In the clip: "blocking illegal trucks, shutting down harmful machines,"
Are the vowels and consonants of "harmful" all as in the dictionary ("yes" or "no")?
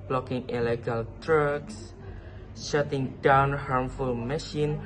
yes